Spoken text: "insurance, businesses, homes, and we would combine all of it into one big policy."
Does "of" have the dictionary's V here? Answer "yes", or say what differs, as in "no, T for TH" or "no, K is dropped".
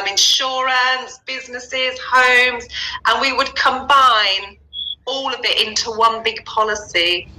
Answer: yes